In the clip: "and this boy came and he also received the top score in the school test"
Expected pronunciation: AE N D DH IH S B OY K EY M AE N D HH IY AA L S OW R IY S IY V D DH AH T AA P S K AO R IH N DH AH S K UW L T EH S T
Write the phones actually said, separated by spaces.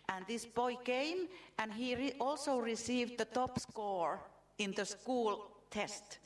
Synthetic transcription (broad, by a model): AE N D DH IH S B OY K EY M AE N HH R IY AA L S OW R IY S IY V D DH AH T AA P S K AO R IH N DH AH S K UW L T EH S T